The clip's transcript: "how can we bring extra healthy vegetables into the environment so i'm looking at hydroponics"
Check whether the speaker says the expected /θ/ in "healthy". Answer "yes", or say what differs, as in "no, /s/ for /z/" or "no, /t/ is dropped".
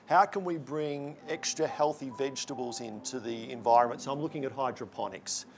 yes